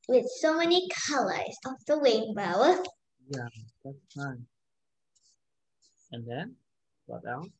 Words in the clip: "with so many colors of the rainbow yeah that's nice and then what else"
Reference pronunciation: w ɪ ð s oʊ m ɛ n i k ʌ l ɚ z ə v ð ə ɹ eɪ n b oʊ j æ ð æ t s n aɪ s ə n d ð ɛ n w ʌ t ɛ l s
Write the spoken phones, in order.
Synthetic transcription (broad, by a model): w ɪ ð s oʊ m ɛ n i k ʌ l ɚ z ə f ð ə w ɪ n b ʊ j æ ð æ t s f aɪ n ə n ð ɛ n w ʌ t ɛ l